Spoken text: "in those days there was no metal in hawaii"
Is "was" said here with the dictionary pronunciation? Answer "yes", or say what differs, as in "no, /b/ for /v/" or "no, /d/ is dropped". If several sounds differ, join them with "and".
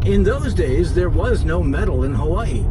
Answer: yes